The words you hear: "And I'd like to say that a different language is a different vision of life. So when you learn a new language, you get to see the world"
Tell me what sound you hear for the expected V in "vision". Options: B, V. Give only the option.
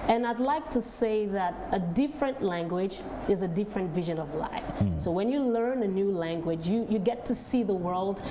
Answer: V